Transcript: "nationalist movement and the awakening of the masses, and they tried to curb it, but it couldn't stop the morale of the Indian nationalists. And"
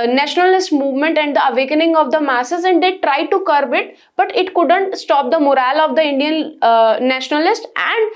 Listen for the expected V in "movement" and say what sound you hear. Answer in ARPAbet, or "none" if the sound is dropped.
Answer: V